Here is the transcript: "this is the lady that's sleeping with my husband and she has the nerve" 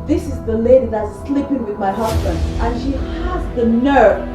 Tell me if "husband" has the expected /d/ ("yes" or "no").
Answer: yes